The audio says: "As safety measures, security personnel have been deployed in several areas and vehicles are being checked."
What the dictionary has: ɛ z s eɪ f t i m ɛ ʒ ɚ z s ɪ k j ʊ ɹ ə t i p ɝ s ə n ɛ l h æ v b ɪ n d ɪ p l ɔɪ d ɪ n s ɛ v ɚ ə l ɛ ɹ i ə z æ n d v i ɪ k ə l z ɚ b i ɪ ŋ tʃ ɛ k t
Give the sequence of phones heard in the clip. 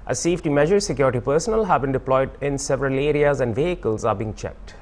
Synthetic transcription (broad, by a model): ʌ s eɪ f t i m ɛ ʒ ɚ s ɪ k j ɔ ɹ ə t i p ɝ s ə n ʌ l h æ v b ɪ n d ɪ p l ɔɪ d ɪ n s ɛ v ɚ ə l ɛ ɹ i ə z æ n d v i ɪ k ə l z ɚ b i ɪ ŋ tʃ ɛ k t